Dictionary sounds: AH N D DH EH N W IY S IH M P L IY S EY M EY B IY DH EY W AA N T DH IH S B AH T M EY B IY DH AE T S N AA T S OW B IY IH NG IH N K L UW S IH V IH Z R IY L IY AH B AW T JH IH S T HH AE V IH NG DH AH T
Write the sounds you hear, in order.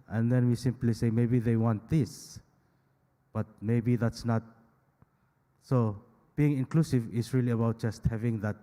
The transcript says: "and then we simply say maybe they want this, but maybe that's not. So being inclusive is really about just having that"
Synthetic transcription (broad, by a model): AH N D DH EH N W IY S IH M P L IY S EY M EY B IY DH EY W AA N T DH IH S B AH T M EY B IY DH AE T S N AA T S OW B IY IH NG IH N K L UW S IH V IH S R IY L IY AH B AW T JH IH S T HH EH V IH NG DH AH T